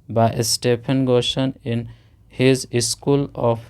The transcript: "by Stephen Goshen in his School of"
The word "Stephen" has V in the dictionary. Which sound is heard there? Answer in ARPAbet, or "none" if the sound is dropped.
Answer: P